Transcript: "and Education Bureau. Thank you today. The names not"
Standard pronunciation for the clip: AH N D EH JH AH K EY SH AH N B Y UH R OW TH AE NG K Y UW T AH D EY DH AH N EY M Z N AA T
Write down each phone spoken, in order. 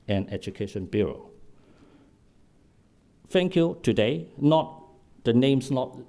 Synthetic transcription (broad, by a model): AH N EH JH AH K EY SH AH N B Y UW R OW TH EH NG K Y UW T AH D EY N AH N EY M S N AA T